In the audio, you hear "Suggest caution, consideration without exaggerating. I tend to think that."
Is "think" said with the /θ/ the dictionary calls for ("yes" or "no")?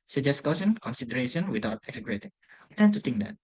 no